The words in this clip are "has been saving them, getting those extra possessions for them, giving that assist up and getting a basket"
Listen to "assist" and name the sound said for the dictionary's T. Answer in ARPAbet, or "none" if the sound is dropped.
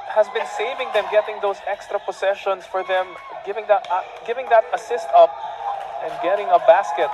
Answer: T